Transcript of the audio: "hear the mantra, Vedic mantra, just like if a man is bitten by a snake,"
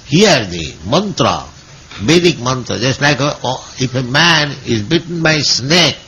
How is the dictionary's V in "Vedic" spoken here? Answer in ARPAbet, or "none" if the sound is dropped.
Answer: B